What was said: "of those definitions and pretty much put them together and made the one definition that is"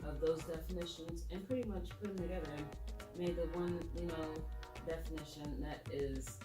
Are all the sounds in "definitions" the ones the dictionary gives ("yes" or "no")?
yes